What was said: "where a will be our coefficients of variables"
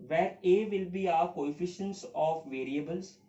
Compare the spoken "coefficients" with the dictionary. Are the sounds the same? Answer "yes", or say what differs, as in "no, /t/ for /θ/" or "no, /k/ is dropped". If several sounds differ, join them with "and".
yes